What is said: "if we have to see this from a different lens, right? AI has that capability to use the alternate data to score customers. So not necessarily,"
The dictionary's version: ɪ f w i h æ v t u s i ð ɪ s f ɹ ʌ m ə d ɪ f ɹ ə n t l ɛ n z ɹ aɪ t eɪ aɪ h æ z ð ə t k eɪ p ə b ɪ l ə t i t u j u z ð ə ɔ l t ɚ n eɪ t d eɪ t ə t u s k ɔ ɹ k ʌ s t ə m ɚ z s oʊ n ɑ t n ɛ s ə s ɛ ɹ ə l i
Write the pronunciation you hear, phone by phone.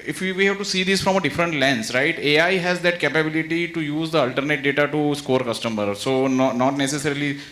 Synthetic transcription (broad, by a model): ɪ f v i h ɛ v t u s i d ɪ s f ɹ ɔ m ə d ɪ f ɹ ə n t l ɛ n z ɹ aɪ t eɪ aɪ h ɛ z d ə t k eɪ p ə b ɪ l ə t i t u j u z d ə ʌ l t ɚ n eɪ t d eɪ t ə t u s k ɔ ɹ k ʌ s t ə m ɚ s oʊ n ɑ t n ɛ s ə s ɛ ɹ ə l i